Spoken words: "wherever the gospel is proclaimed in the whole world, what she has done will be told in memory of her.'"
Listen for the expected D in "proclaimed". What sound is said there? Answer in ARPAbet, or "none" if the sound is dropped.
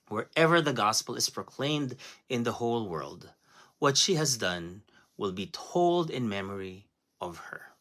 D